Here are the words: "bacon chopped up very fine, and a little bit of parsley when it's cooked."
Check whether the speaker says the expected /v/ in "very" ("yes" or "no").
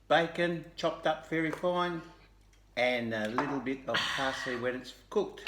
no